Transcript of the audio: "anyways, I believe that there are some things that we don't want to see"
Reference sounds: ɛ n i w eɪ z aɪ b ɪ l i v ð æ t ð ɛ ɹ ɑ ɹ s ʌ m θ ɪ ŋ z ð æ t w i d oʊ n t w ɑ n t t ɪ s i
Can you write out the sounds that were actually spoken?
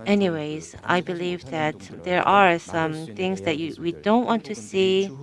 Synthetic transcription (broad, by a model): ɛ n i w eɪ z aɪ b ɪ l i v ð æ t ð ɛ ɹ ɑ ɹ s ʌ m θ ɪ ŋ z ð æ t w i d oʊ n t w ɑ n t t ɪ s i